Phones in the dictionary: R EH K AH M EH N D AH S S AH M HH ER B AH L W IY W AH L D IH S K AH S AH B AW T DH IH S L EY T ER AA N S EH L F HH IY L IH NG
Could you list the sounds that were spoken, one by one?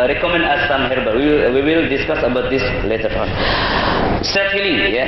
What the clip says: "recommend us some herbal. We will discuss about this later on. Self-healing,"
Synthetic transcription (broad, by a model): R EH K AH M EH N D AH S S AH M HH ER B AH W W IY W AH L D IH S K AH S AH B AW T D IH S L EY T ER AA N S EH F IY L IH